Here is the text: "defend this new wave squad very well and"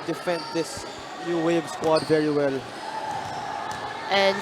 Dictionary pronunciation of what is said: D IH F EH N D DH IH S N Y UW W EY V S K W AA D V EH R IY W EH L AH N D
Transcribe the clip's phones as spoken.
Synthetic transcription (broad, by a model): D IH F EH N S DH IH S N Y UW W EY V S K W AA D V EH R IY W EH L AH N